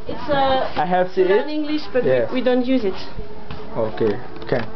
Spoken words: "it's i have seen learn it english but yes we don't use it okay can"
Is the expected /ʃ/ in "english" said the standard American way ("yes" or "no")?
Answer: yes